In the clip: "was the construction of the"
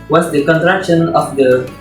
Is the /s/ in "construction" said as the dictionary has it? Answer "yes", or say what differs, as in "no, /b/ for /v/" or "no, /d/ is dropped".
no, /s/ is dropped